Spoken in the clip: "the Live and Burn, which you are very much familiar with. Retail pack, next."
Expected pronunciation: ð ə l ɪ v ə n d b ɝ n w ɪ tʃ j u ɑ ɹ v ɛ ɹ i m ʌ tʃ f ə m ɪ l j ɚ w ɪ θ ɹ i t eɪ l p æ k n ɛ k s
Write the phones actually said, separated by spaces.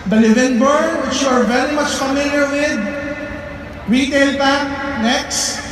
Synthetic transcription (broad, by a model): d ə l ɪ v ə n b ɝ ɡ w ɪ tʃ j u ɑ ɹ v ɛ ɹ i m ʌ tʃ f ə m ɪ l j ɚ w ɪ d ɹ i t eɪ l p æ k n ɛ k s